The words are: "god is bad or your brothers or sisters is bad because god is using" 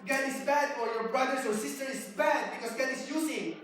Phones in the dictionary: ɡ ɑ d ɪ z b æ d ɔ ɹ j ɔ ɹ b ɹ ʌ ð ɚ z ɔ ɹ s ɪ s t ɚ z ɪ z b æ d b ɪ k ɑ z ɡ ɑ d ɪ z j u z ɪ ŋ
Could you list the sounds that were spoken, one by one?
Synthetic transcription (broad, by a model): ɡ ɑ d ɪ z b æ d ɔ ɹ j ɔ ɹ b ɹ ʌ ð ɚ s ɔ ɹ s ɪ s t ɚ ɪ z b æ d b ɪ k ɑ s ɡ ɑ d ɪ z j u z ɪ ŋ